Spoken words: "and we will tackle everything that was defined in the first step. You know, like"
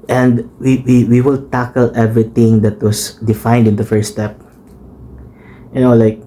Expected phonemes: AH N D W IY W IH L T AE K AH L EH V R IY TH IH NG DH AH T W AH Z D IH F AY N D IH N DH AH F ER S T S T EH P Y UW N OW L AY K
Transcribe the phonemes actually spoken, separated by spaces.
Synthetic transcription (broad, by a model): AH N D W IY W IH L T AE K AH L EH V R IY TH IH NG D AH T W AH S D IH F AY N D IH N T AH F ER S S T EH P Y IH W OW L AY K